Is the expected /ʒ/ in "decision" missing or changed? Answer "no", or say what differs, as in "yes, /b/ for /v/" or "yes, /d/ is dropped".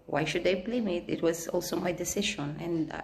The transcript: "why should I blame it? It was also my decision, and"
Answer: yes, /ʃ/ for /ʒ/